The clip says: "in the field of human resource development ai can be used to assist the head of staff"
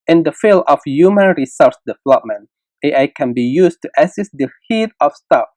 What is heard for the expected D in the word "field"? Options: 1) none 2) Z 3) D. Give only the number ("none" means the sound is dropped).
1